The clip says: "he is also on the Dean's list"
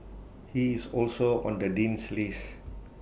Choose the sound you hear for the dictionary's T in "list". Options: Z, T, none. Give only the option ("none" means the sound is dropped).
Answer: none